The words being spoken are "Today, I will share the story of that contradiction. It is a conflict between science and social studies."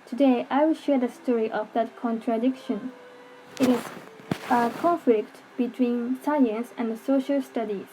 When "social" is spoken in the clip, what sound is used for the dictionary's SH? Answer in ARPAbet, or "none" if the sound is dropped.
SH